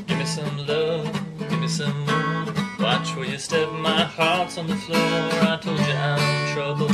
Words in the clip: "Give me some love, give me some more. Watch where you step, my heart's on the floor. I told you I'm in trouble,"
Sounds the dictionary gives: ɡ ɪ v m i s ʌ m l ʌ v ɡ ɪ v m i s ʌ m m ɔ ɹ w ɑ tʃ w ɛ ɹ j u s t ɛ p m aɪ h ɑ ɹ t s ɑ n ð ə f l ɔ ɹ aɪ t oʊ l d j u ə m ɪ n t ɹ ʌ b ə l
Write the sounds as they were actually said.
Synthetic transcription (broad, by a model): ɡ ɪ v m i s ʌ m l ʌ ɡ ɪ v m i s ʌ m m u w ɑ tʃ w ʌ l j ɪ s t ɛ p m aɪ h ɑ ɹ t s n ð ə f l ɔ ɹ aɪ t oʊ l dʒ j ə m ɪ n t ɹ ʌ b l